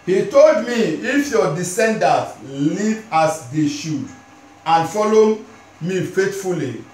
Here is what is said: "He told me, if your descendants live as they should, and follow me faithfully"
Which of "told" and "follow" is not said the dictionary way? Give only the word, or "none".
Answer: none